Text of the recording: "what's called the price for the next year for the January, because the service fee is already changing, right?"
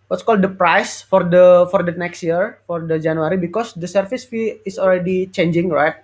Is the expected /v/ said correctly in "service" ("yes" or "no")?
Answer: no